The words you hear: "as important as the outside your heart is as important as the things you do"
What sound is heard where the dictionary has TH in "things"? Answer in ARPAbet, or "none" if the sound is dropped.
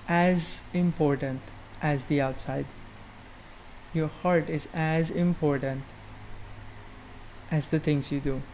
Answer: T